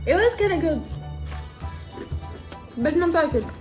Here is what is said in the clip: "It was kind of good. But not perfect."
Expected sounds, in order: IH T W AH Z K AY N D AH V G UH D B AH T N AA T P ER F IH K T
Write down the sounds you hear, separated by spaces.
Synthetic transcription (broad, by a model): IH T W AH Z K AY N AH G UH D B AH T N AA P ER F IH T